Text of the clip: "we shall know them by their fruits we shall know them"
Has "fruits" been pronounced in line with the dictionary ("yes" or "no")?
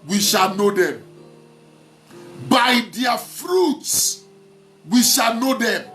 yes